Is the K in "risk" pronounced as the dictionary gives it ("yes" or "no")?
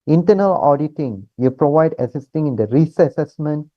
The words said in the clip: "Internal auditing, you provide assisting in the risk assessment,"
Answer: no